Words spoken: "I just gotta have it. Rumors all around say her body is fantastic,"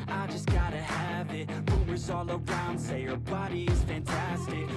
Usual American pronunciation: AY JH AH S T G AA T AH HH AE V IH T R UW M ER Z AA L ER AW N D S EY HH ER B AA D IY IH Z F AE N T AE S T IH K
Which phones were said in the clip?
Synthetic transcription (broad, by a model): AY JH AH S G AA T AH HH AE V IH T W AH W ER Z AA L ER AW N D S EY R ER B AA D IY IH Z F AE N T AE S T IH K